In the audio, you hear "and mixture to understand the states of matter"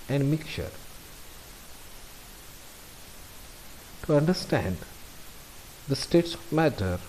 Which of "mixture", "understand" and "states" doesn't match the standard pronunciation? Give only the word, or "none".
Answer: mixture